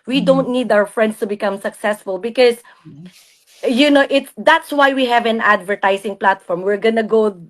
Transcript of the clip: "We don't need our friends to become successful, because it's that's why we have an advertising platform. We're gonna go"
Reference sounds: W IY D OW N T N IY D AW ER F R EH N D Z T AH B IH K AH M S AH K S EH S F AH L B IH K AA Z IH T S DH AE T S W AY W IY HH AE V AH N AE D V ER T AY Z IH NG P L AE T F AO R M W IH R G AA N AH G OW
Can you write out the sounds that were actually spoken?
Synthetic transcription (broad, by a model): W IY D OW N T N IY D AW ER F R EH N D S T AH B IH K AH M S AH K S EH S F AH L B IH K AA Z IH T S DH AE T S W AY W IY HH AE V AH N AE D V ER T AY S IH NG P L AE T F AO R M W IH R G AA N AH G OW